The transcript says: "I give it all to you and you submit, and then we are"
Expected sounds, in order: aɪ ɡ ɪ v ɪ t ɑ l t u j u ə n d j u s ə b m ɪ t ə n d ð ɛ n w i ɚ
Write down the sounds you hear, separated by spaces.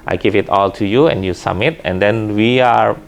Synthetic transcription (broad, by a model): aɪ ɡ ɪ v ɪ t ɑ l t u j u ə n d j u s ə m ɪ t ə n d ɛ n w i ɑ